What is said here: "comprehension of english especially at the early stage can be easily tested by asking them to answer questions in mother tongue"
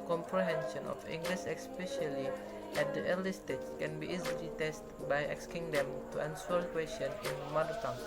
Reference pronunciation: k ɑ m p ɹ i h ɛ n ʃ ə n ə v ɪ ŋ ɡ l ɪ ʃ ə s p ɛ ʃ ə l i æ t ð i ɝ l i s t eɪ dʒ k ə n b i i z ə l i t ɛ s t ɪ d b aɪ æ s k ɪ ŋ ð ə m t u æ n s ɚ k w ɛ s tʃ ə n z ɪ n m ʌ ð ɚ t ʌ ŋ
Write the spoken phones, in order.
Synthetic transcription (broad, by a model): k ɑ m p ɹ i h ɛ n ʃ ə n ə f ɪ ŋ ɡ l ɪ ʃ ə s p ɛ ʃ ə l i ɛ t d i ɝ l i s t eɪ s k ə n b i i z ə l i t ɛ s t b aɪ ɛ s k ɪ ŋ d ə m t u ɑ n s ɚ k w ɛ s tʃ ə n ɪ n m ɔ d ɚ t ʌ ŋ